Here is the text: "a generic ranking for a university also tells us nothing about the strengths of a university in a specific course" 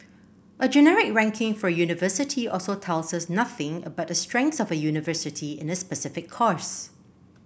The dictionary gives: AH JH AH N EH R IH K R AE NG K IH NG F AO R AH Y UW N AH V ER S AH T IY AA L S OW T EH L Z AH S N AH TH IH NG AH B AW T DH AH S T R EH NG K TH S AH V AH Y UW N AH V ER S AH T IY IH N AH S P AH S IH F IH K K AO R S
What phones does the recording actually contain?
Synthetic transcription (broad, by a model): AH JH AH N EH R IH K R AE NG K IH NG F AO R AH Y UW N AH V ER S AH T IY AA L S OW T EH L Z AH S N AH TH IH NG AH B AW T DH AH S T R EH NG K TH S AH V AH Y UW N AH V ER S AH T IY IH N AH S P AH S IH F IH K K AO R S